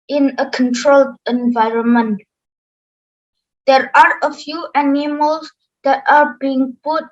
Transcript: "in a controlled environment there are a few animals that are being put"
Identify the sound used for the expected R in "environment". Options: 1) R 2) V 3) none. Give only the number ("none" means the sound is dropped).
1